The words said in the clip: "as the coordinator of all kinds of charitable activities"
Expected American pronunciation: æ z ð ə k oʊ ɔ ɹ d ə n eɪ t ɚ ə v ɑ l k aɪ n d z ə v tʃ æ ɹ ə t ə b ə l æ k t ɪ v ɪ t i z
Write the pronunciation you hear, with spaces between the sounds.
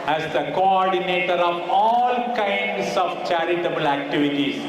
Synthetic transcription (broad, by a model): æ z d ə k oʊ ɔ ɹ d ə n eɪ t ɚ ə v ɑ l k aɪ n d s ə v tʃ æ ɹ ə t ə b ə l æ k t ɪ v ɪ t i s